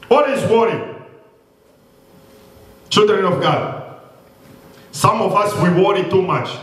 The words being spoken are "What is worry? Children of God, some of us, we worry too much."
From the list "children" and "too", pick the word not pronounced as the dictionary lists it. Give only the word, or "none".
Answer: none